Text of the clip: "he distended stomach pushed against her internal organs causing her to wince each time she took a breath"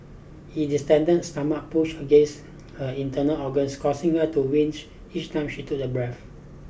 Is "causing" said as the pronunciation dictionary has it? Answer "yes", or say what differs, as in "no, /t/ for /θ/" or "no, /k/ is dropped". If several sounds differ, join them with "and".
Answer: no, /s/ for /z/